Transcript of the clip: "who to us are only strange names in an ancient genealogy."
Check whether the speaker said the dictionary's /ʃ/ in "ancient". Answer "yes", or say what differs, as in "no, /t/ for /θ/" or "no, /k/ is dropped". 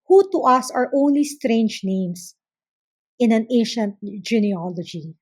yes